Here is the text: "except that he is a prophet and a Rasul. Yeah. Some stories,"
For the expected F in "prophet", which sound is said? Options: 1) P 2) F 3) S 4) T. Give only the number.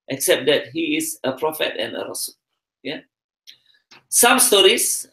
2